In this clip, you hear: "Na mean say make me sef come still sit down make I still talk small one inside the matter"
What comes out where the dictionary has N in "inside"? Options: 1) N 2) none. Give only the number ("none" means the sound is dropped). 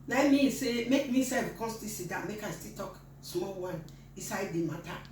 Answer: 2